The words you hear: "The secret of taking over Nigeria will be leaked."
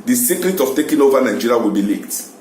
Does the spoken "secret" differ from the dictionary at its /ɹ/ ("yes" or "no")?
no